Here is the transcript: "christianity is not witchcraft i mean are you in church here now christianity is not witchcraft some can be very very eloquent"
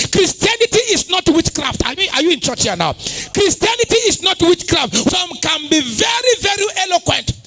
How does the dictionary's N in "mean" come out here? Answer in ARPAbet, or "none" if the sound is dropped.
none